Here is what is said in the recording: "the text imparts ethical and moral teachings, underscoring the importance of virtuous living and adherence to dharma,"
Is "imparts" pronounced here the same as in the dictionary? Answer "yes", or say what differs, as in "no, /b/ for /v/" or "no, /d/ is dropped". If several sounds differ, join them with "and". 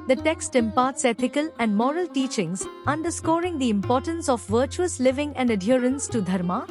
yes